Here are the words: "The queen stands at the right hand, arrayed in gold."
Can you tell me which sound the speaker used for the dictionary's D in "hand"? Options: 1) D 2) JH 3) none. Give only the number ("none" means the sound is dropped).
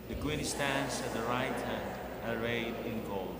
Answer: 1